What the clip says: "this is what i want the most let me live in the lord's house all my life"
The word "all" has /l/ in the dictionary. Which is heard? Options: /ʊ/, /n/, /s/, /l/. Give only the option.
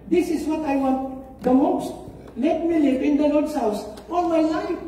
/n/